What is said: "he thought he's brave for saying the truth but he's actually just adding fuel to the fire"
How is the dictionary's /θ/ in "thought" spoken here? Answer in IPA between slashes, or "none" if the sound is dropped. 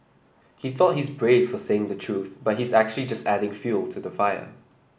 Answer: /θ/